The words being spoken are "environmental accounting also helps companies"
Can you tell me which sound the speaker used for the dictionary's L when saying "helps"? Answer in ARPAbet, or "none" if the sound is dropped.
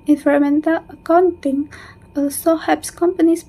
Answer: none